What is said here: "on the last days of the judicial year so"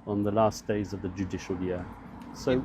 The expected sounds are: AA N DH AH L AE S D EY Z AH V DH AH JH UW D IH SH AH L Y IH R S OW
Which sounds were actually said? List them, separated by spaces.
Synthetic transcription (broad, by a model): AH N DH AH L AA S D EY Z AH V DH AH JH UW D IH SH AH L Y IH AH S OW